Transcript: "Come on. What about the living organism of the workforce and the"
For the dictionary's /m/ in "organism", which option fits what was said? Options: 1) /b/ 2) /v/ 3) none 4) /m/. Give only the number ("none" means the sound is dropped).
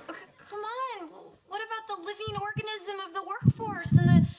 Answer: 4